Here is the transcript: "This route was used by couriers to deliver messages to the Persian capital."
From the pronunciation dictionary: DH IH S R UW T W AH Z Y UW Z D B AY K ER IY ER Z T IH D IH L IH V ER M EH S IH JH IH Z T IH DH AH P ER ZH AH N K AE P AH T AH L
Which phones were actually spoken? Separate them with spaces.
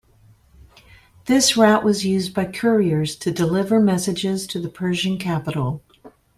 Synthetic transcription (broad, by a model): DH IH S R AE T W AH Z Y UW Z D B AY K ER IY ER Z T IH D IH L IH V ER M EH S IH JH IH Z T IH DH AH P ER ZH AH N K AE P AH T L